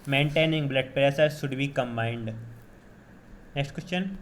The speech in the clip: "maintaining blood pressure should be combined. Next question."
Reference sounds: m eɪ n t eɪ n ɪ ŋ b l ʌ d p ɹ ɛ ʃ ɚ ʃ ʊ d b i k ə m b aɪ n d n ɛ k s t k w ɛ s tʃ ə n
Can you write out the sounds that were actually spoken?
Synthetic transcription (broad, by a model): m eɪ n t eɪ n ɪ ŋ b l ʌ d p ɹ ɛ s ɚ ʃ ʊ d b i k ə m b aɪ n d n ɛ k s t k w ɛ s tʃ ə n